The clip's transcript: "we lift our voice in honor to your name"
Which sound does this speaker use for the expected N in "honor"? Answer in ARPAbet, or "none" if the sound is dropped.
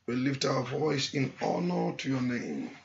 N